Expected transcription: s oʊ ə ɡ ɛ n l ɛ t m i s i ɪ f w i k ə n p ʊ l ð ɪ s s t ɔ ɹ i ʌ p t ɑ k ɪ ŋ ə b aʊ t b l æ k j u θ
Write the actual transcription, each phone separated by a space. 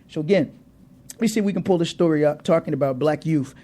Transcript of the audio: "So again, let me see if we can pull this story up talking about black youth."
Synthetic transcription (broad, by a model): s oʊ ə ɡ ɛ n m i s i w i k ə n p ʊ l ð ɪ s s t ɔ ɹ i ʌ p t ɑ k ɪ ŋ ə b aʊ t b l æ k j u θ